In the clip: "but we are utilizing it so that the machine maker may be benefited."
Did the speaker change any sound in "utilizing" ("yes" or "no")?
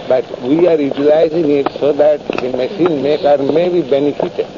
no